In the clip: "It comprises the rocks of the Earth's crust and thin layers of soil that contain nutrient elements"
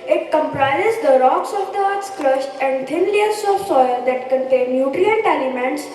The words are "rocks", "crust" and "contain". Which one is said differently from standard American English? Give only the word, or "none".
crust